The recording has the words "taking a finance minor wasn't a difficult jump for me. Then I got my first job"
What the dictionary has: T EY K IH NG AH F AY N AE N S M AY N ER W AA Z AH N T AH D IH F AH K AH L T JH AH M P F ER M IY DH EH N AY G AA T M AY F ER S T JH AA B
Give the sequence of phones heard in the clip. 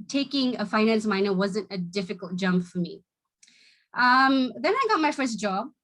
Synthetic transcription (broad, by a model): T EY K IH NG AH F AY N AE N S M AY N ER W AA Z AH N T AH D IH F AH K AH L T JH AH M P F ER M IY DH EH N AY G AA T M AY F ER S T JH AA B